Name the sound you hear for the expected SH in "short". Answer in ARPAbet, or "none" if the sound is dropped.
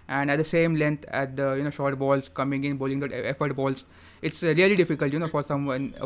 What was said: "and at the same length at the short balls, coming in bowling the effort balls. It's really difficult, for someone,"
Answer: SH